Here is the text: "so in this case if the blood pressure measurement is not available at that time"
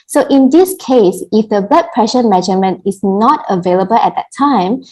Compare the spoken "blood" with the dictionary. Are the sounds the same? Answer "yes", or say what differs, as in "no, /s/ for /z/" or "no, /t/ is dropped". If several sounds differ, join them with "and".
no, /l/ is dropped